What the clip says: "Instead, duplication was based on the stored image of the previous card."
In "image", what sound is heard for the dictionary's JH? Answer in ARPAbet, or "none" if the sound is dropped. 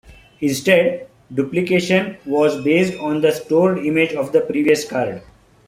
JH